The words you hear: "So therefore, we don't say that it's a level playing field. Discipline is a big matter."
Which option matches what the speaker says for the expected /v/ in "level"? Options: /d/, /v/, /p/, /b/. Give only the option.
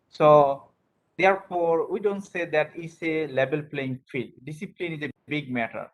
/b/